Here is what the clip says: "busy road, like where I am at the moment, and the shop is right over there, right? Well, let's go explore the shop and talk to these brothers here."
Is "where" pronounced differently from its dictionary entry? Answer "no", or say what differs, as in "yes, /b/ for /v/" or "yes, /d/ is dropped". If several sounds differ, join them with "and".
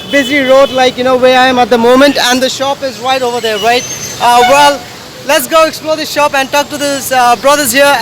yes, /w/ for /ɹ/